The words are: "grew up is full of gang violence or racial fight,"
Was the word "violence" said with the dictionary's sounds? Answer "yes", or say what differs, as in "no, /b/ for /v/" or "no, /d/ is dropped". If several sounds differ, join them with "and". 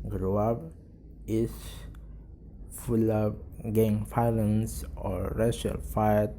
no, /f/ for /v/